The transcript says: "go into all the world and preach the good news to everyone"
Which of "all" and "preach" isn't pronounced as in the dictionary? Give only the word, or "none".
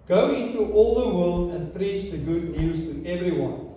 none